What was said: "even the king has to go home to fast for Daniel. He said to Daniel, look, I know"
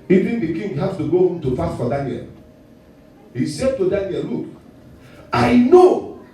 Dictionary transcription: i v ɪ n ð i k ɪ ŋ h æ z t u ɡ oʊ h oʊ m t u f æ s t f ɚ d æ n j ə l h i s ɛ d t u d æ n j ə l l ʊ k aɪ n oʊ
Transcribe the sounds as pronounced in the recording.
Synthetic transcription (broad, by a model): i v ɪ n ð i k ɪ ŋ h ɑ s t u ɡ oʊ h oʊ m t u p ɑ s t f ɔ d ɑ n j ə l h i s ɛ d t u d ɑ n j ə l l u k aɪ n oʊ